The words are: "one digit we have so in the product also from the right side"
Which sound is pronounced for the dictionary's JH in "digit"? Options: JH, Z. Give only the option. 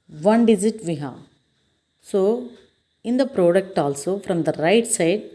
Z